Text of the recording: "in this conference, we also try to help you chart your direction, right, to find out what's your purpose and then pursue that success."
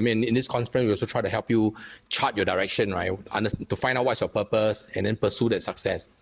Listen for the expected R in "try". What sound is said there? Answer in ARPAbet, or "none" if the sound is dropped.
R